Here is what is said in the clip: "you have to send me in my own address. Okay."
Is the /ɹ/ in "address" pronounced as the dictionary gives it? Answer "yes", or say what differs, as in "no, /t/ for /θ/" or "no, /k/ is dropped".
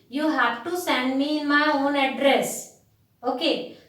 yes